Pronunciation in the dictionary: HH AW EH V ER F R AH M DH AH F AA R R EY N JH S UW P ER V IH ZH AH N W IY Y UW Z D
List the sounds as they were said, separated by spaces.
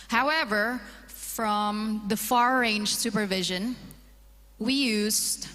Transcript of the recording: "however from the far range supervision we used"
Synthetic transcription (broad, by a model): HH AW EH V ER F R AH M DH AH F AA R R EY N JH S UW P ER V IH ZH AH N W IY Y UW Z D